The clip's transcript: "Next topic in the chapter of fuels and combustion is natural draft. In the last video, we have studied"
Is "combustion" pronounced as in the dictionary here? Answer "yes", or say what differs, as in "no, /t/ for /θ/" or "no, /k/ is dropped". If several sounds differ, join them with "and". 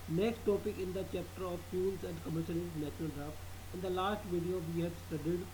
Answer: no, /b/ is dropped